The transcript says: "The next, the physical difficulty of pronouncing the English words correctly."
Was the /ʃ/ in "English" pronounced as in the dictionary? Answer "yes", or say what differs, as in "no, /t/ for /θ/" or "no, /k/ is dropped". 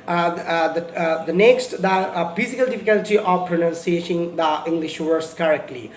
yes